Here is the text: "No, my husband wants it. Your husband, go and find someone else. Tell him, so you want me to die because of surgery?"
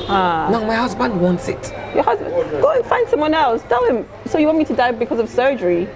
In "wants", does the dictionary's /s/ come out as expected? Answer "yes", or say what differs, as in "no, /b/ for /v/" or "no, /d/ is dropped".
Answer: yes